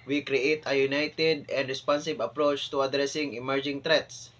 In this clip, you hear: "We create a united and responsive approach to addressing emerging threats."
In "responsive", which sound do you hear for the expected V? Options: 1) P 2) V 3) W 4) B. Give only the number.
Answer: 4